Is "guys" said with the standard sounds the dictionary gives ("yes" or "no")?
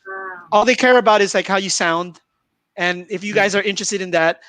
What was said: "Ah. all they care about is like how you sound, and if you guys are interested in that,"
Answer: yes